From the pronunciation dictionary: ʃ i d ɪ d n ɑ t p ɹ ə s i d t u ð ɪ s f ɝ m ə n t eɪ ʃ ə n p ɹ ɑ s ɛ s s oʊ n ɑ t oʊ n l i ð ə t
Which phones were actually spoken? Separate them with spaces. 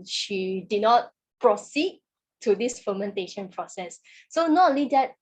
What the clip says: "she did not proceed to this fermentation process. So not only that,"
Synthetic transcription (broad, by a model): ʃ i d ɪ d n ɑ t p ɹ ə s i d t u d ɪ s f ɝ m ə n t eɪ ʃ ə n p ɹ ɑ s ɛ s s oʊ n ɑ t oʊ l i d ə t